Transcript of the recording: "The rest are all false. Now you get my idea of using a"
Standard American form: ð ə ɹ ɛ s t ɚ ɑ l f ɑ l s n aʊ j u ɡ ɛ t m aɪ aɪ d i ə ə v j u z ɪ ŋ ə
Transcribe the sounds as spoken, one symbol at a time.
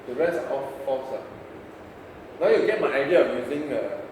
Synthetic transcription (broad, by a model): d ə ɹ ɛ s ɚ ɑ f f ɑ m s n aʊ j u ɡ ɛ t m aɪ aɪ d i ə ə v j u z ɪ ŋ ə